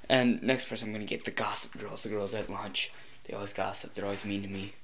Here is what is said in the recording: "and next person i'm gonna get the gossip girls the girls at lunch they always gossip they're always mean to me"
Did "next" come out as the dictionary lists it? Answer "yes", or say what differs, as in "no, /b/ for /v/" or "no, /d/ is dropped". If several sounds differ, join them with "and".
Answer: yes